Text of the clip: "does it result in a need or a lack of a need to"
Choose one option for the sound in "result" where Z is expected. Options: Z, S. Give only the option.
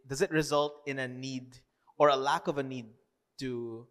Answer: Z